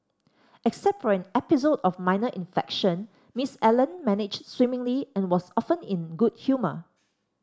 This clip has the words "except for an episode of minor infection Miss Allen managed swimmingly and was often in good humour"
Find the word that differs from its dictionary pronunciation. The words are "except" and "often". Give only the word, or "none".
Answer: none